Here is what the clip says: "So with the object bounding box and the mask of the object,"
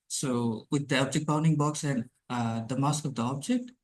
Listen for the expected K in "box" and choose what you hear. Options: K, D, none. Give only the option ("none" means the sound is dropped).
K